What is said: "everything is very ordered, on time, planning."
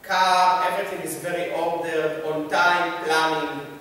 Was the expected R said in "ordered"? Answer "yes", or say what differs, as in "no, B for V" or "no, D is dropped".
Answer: no, L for R